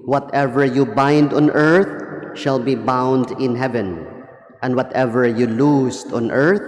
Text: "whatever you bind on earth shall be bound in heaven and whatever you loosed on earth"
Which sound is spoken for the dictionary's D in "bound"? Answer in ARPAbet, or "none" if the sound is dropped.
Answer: D